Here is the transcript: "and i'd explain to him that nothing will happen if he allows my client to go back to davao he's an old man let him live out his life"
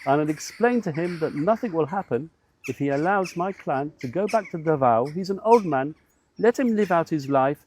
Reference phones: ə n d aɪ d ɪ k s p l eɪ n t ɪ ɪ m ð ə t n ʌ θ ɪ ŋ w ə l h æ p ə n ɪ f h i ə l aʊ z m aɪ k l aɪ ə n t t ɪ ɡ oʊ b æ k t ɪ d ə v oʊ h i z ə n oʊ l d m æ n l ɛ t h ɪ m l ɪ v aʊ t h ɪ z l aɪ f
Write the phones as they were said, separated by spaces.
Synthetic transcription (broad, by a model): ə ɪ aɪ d ɪ k s p l eɪ n t ɪ ɪ m ð ə t n ʌ θ ɪ ŋ w ə l h æ p ə n ɪ f h i ə l aʊ z m aɪ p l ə n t t ɪ ɡ oʊ b æ k t ɪ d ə v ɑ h i z ə n oʊ l d m æ n l ɛ t h ɪ m l ɪ v aʊ t h ɪ z l aɪ f